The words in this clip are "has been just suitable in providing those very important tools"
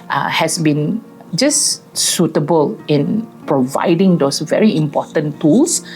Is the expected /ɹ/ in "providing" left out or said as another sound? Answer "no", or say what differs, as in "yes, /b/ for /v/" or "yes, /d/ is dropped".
no